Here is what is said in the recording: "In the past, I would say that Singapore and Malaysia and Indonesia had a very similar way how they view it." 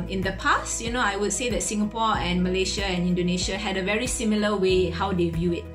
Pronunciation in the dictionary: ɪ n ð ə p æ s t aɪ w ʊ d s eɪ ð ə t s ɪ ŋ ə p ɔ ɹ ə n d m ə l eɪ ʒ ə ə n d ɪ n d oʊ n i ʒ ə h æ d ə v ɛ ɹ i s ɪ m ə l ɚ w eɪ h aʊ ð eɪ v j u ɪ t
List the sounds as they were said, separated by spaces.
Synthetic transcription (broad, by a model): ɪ n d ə p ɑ s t aɪ w ʊ d s eɪ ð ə t s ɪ ŋ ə p ɔ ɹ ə n m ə l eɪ ʃ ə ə n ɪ n d oʊ n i ʃ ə h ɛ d ə v ɛ ɹ i s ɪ m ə l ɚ w eɪ h aʊ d eɪ v j u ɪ t